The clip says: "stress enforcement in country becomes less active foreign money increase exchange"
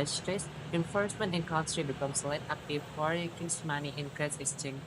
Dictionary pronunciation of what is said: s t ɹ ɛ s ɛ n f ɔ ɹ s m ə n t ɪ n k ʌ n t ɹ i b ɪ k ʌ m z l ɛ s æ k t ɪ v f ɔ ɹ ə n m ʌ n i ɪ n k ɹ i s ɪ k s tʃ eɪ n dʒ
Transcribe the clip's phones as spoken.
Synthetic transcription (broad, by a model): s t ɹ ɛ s ɛ n f ɔ ɹ s m ə n t ɪ n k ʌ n s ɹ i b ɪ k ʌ m s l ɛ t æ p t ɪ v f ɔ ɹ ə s m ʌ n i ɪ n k ɹ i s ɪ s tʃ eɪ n